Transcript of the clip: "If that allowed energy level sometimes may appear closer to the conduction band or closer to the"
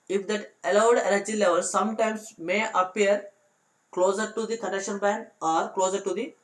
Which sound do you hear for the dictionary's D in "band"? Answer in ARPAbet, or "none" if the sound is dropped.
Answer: none